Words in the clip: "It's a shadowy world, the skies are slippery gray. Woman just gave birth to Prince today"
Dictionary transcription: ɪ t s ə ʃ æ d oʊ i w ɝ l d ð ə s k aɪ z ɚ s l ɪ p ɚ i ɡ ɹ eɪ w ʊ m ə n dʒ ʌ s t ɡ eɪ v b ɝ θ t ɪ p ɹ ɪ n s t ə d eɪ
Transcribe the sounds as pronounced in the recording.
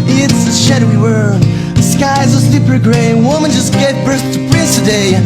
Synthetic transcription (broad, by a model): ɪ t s ə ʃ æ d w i w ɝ ð ə s k aɪ z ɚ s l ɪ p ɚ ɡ ɹ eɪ w ʊ m ə n dʒ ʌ s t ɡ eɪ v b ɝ s t ɪ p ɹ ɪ s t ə d eɪ